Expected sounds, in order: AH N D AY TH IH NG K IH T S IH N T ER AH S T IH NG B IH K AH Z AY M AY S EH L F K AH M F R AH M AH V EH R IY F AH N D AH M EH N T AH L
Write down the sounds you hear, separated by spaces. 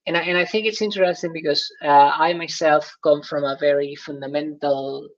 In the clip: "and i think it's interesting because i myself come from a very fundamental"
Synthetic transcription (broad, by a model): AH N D AY TH IH NG K IH T S IH N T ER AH S T IH NG B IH K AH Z AY M AY S EH L F K AH M F R AH M AH V EH R IY F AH N D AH M EH N T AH L